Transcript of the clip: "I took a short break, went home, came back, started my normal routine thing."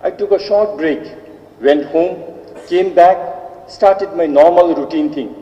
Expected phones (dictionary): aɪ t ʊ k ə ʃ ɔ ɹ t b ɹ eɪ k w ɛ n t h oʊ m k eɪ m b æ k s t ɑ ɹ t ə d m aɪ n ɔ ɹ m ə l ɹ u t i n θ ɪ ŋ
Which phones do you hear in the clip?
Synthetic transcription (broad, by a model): aɪ t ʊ k ə ʃ ɔ ɹ t b ɹ eɪ k w ɛ n t h oʊ m k eɪ m b æ k s t ɑ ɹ t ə d m aɪ n ɔ ɹ m ə l ɹ u t i n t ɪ ŋ